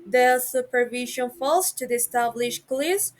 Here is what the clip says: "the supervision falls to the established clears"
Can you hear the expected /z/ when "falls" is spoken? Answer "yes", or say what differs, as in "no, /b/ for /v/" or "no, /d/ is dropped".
no, /s/ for /z/